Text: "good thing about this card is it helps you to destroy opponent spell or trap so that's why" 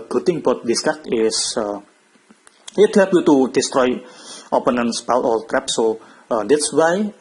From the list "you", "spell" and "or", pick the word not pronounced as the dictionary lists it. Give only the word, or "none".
or